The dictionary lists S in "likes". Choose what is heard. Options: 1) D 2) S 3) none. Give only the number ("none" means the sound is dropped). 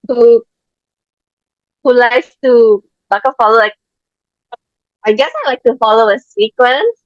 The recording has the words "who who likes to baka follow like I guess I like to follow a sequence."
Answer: 3